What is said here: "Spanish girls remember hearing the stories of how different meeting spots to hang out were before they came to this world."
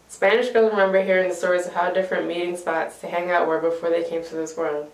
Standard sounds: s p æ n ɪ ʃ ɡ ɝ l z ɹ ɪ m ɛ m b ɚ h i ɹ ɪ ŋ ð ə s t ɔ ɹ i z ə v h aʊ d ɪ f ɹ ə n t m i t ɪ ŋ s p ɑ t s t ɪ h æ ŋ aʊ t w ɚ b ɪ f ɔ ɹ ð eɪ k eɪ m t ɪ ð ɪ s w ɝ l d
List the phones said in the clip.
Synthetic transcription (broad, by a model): s p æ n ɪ ʃ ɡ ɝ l ɹ ɪ m ɛ m b ɚ h i ɹ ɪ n ð ə s t ɔ ɹ i z ə v h aʊ d ɪ f ɹ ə n m i t ɪ ŋ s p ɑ t s t ɪ h æ ŋ aʊ t w ɚ b ɪ f ɔ ɹ ð eɪ k eɪ m t ɪ ð ɪ s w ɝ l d